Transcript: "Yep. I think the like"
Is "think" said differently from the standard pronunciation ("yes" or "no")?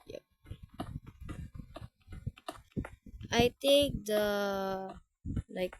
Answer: yes